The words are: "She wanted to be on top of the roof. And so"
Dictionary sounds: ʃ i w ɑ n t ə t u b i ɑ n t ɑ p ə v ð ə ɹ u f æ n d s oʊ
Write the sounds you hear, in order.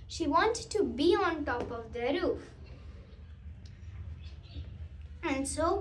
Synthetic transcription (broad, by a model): ʃ i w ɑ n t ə t u b i ɑ n t ɑ p ə v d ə ɹ u f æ n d s oʊ